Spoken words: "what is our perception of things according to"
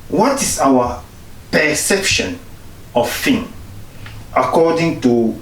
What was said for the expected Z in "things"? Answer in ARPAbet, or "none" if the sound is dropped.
none